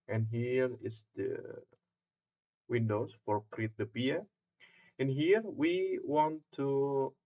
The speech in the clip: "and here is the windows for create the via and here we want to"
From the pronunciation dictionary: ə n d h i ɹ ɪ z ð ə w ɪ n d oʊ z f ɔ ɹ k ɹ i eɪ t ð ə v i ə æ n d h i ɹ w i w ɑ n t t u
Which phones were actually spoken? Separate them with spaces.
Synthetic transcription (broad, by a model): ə n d h i ɹ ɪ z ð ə w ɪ n d oʊ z f ɔ ɹ k ɹ i eɪ t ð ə p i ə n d h i ɹ w i w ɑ n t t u